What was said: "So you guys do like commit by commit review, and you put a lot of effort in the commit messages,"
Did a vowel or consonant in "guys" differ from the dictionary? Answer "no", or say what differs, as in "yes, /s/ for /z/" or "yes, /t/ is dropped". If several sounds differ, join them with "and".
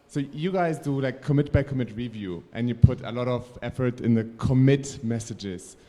no